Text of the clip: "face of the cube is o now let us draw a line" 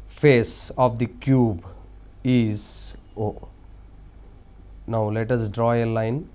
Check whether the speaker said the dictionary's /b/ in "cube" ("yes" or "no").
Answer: yes